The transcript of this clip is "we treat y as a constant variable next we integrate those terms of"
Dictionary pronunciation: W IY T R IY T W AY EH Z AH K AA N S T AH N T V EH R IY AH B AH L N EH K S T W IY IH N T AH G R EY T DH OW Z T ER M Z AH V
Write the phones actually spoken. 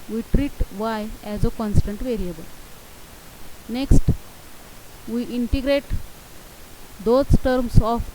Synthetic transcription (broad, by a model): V IY T R IY T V AY EH Z AH K AA N S T AH N T V EH R IY AH B AH L N EH K S T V IY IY N T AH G R EY T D OW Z T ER M S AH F